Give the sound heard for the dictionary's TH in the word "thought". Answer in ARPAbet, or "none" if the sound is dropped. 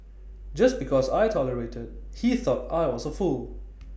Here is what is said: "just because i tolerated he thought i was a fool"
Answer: TH